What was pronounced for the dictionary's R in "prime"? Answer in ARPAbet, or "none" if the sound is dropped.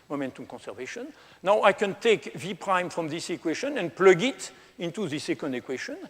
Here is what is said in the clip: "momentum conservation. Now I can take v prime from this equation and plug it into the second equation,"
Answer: R